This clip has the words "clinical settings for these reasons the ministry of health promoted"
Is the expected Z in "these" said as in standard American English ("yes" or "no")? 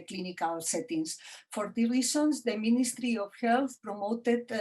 no